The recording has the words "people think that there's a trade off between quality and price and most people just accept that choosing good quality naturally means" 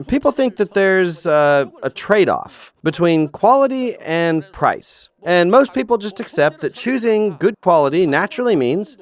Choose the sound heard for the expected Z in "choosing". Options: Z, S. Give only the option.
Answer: Z